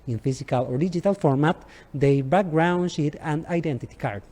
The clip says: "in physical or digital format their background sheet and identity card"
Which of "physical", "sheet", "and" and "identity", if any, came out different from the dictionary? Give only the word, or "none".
physical